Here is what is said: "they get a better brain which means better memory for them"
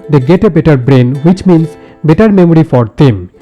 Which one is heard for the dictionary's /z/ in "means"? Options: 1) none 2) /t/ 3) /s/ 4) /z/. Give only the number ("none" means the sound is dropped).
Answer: 3